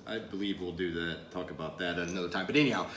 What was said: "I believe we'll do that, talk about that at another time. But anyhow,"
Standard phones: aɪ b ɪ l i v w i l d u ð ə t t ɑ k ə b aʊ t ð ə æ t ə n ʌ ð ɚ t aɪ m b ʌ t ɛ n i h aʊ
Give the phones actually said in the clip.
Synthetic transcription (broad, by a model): aɪ b ɪ l i v w i l d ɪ ð ə t t ɑ k ə b aʊ t ð ə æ t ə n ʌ ʊ t aɪ m b ʌ t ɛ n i h aʊ